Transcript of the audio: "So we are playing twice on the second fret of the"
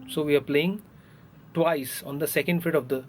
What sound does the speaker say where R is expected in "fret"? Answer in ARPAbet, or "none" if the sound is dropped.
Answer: none